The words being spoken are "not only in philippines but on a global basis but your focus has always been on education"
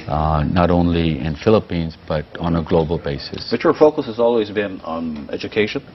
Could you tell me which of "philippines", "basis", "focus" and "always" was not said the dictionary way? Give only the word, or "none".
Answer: none